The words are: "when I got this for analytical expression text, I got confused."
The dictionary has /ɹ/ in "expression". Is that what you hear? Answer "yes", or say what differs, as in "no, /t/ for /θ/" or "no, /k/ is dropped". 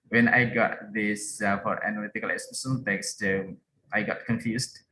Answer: no, /ɹ/ is dropped